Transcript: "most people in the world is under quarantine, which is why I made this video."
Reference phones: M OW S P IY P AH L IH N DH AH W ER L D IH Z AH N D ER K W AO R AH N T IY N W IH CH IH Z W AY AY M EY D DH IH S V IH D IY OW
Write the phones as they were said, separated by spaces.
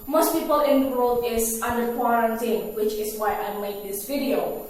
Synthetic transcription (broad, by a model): M OW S P IY P AH L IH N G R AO D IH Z AH N D ER K W AO R AH N T IY N W IH CH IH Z W AY AY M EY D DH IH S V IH D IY OW